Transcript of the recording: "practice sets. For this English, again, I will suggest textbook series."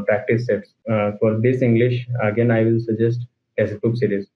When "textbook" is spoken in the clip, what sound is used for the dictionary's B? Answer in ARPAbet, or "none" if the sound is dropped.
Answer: none